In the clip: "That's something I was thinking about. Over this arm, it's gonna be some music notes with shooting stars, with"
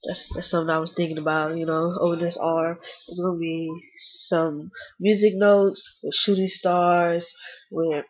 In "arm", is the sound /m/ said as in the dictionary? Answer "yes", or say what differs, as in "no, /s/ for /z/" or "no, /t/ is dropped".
no, /m/ is dropped